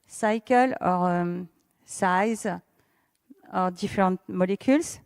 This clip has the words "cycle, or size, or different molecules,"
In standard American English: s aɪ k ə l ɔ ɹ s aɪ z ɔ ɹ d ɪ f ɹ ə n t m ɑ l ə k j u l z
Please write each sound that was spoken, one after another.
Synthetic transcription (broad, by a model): s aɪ k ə l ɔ ɹ s aɪ z ɔ ɹ d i f ɹ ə t m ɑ l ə k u l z